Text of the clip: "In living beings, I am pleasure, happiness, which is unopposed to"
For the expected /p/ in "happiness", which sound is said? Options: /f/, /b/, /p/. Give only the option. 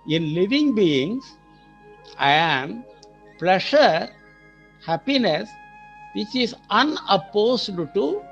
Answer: /p/